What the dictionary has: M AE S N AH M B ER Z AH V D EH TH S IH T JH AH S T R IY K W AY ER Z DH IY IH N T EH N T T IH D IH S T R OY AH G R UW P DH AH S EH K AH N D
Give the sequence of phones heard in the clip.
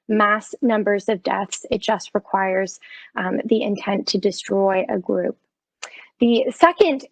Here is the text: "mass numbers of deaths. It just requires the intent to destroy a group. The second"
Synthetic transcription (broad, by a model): M AE S N AH M B ER Z AH V D EH TH S IH T JH AH S T R IY K W AY ER Z DH IY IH N T EH N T T IH D IH S T R OY AH G R UW P DH AH S EH K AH N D